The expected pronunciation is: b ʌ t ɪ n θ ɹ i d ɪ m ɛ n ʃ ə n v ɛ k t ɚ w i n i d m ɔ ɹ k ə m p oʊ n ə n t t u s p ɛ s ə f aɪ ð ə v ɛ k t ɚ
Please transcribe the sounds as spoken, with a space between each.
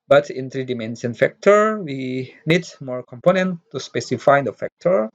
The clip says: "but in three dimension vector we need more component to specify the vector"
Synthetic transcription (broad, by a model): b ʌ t ɪ n t ɹ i d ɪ m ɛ n s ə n f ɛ k t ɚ w i n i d m ɔ ɹ k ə m p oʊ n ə n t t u s p ɛ s ə f aɪ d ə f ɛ k t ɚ